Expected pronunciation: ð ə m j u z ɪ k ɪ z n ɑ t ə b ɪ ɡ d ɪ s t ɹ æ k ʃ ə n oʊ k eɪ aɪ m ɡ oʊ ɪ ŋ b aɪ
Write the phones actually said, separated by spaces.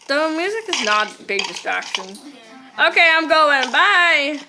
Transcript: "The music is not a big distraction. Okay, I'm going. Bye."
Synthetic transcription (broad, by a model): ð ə m j u z ɪ k ɪ z n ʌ t b ɪ ɡ d ɪ s t ɹ æ k ʃ ə n oʊ k eɪ aɪ m ɡ oʊ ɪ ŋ b aɪ